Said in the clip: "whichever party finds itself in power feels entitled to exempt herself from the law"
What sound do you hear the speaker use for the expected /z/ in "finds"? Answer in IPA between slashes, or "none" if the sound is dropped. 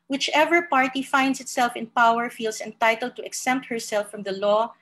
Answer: /s/